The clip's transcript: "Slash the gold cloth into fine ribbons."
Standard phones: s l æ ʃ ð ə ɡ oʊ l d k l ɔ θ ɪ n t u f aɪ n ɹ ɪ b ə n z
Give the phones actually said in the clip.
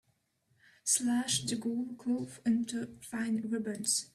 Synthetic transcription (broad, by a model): s l æ ʃ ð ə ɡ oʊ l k ɔ f ɪ n t u f aɪ n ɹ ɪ b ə n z